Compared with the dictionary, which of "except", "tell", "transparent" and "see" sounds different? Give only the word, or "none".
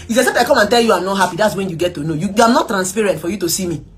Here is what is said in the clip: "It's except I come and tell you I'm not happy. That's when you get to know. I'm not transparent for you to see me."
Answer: except